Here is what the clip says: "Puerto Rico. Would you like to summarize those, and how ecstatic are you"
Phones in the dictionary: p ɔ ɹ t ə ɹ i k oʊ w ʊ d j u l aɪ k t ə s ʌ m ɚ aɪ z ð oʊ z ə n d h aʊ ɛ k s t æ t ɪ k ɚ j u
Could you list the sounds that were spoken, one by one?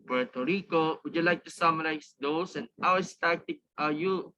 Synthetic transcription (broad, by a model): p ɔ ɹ t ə ɹ i k oʊ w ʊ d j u l aɪ k t ə s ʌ m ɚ aɪ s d oʊ s ə n d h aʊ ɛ s t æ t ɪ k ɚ j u